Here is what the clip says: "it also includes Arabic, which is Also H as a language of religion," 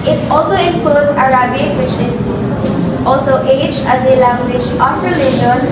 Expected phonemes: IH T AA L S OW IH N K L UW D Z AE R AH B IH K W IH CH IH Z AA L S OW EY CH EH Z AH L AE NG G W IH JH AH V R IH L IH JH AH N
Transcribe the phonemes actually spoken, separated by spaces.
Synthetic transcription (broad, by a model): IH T AA L S OW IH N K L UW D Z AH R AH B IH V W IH CH IH Z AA L S OW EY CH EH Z AH L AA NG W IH CH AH P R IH L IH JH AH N